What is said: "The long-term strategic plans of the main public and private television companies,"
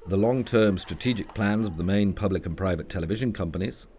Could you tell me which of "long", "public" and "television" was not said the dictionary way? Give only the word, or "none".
none